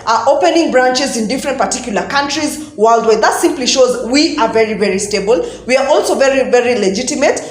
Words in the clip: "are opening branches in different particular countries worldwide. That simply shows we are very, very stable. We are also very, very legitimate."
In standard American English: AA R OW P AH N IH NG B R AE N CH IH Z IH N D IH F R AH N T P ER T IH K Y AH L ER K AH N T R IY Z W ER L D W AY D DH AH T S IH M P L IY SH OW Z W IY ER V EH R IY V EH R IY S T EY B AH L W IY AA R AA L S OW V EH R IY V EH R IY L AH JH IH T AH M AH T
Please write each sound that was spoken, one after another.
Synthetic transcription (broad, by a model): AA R OW P AH N IH NG B R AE N CH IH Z IH N D IH F R AH N T P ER T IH K Y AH L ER K AH N T R IY Z W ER L D W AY DH AH T S IH M P L IY SH OW Z W IY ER V EH R IY V EH R IY S T EY B AH L W IY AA R AA L S OW V EH R IY V EH R IY L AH JH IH T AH M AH T